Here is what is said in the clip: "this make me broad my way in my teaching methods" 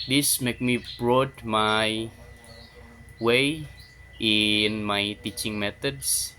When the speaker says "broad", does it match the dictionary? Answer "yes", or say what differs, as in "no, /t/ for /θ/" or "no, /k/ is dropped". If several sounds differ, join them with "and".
yes